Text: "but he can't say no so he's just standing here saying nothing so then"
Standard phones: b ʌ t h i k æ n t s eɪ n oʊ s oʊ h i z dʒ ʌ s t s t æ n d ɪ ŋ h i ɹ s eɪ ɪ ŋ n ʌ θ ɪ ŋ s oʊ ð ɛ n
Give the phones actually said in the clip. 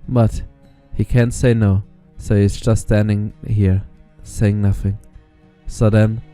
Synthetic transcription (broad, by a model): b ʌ t h i k æ n t s eɪ n oʊ s oʊ h i z dʒ ʌ s t s t æ n d ɪ ŋ h i ɹ s eɪ ɪ ŋ n ʌ θ ɪ ŋ s oʊ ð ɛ n